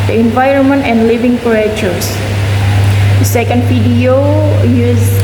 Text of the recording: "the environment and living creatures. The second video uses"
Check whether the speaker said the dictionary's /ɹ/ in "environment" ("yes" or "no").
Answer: yes